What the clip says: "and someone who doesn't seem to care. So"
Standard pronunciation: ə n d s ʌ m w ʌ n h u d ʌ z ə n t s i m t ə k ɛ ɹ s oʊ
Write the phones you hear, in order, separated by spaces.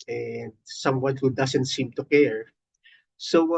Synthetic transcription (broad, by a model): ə n d s ʌ m w ʌ n h u d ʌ s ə n t s i m t ə k ɛ ɹ s oʊ